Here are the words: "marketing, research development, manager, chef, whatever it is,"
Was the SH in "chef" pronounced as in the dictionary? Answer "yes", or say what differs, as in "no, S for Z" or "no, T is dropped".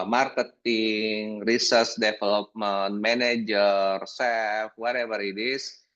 no, S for SH